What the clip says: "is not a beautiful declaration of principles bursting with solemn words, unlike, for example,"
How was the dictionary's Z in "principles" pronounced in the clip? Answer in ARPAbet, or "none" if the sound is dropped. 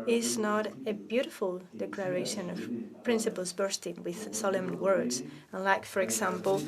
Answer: Z